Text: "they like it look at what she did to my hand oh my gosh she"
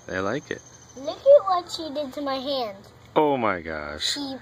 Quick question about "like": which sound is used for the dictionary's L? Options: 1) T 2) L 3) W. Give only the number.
2